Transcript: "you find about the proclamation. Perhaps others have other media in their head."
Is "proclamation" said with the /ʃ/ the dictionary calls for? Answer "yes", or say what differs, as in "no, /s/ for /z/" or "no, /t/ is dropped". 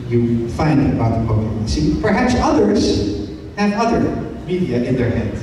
no, /s/ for /ʃ/